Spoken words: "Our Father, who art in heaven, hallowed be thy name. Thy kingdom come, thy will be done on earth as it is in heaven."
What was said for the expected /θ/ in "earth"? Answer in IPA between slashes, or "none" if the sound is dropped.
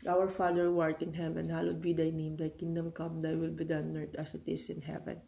/t/